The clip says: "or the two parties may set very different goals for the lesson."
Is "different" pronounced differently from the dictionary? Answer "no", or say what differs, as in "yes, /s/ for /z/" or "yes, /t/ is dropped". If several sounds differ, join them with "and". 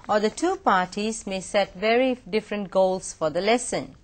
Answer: no